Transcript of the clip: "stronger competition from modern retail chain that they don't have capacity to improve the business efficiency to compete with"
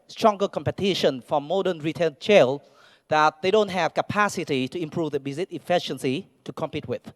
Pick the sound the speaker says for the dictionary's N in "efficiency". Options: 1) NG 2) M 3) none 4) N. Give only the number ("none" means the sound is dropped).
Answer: 4